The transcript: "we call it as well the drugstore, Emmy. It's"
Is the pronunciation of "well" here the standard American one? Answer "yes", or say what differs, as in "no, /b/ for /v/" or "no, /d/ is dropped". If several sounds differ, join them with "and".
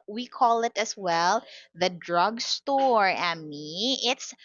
yes